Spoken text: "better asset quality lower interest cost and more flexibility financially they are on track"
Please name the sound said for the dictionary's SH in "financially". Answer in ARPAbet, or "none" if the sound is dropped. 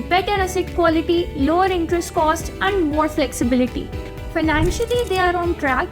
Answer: SH